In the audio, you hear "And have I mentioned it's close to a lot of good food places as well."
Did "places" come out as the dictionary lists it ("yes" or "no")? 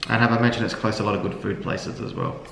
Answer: yes